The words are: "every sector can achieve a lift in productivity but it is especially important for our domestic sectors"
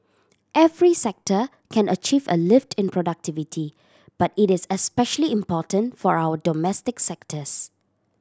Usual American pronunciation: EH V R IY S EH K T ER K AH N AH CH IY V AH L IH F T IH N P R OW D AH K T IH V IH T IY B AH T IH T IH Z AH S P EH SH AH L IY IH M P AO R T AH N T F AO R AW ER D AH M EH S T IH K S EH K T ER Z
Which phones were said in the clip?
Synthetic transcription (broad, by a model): EH V R IY S EH K T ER K AH N AH CH IY V AH L IH F T IH N P R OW D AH K T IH V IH T IY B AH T IH T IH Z AH S P EH SH AH L IY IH M P AO T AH N T F AO R AW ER D AH M EH S T IH K S EH K T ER S